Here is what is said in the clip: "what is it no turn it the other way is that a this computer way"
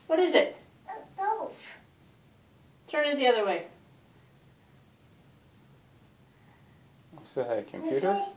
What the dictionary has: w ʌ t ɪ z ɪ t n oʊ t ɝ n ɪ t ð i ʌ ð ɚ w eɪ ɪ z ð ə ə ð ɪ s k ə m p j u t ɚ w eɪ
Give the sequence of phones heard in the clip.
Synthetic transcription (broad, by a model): w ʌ t ɪ z ɪ t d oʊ t ɝ n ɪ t ð i ʌ ð ɚ w eɪ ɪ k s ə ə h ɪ k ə m j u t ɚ